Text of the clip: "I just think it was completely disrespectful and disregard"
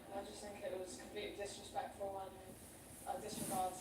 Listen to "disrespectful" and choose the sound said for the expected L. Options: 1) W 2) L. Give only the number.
1